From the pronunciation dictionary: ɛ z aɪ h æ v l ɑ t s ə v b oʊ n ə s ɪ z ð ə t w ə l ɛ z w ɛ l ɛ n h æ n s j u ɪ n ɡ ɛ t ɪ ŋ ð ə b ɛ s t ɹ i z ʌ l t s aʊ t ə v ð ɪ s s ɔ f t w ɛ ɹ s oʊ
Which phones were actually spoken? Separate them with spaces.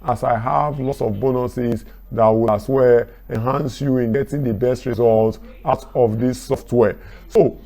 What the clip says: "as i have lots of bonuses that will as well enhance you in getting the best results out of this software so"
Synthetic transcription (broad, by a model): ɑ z aɪ h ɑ v l ɑ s ə v b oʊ n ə s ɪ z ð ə t w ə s w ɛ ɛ n h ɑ n s j u ɪ n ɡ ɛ t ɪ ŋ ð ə b ɛ s t ɹ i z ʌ l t aʊ t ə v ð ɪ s s ɔ f t w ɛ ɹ s oʊ